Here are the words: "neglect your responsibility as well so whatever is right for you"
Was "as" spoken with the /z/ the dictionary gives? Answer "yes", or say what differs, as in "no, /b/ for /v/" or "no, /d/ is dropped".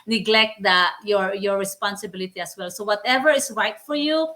no, /s/ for /z/